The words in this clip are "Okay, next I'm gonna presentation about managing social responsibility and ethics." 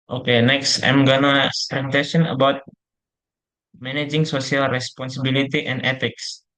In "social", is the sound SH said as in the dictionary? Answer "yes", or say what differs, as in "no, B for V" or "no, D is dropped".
no, S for SH